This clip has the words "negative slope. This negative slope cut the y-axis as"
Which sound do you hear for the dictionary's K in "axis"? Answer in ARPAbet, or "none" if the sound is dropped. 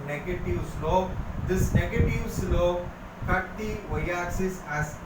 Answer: none